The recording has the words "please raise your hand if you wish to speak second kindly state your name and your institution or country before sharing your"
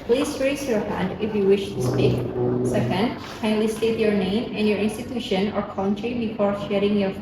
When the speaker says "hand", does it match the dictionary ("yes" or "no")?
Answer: yes